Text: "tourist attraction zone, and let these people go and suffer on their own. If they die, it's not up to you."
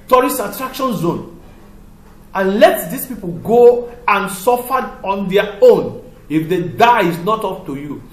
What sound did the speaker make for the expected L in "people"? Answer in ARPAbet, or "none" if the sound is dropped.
L